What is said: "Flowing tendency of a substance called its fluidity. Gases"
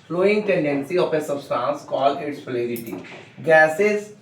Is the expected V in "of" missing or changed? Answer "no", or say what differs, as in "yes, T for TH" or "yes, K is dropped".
yes, P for V